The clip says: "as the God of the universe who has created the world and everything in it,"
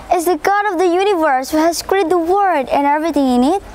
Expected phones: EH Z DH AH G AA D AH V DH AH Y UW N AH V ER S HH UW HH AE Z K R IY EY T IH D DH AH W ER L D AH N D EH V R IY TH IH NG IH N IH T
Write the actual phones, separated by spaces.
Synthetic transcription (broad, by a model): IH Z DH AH G AA D AH V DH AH Y UW N AH V ER S HH UW HH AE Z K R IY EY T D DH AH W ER D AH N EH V R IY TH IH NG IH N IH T